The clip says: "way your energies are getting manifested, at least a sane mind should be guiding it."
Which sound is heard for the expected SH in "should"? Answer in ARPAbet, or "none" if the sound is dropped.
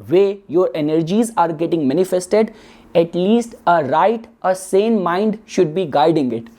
SH